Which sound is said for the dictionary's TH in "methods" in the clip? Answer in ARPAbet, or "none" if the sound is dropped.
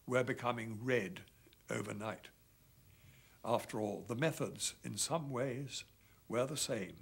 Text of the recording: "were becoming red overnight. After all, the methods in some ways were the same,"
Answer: TH